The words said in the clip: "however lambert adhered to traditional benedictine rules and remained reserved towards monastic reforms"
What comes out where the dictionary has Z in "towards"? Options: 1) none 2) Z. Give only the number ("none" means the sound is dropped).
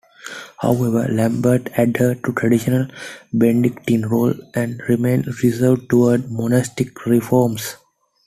1